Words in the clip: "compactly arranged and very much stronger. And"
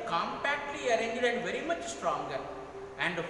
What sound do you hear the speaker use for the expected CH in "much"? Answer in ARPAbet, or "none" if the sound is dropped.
CH